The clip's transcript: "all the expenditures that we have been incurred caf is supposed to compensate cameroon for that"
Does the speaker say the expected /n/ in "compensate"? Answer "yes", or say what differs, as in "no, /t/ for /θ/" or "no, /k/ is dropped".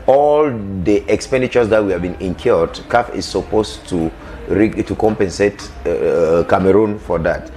yes